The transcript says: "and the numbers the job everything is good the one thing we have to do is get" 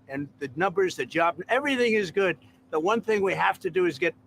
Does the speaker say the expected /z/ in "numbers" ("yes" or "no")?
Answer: yes